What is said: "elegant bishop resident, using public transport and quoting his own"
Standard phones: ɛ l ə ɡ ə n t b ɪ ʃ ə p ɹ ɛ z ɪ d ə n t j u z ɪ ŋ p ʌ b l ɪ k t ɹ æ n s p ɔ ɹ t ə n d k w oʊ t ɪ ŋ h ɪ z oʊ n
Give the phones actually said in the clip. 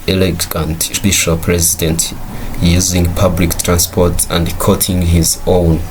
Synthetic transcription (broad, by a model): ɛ l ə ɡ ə n t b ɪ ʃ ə p ɹ ɛ z ɪ d ə n t j u z ɪ ŋ p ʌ b l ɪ k t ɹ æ n s p ɔ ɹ t ə n d k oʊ t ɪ ŋ h ɪ z oʊ n